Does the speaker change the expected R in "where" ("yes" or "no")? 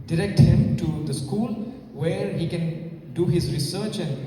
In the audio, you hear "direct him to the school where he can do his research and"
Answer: no